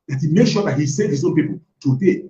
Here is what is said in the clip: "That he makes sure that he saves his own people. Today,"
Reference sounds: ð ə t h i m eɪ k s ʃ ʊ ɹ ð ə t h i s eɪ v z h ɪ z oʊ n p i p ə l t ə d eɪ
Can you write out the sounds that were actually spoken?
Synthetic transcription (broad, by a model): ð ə t h i m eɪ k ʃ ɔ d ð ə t h i s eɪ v h ɪ z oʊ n p i p ə l t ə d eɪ